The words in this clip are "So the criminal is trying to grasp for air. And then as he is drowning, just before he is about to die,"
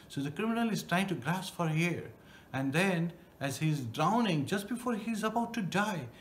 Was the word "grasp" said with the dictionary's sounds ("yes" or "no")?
yes